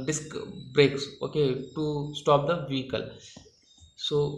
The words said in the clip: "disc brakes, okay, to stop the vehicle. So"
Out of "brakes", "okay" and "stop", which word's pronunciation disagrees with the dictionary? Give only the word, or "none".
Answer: none